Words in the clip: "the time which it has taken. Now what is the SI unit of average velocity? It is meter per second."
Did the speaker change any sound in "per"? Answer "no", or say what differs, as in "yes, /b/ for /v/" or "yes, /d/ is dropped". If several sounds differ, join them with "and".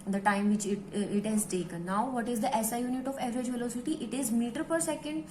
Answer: no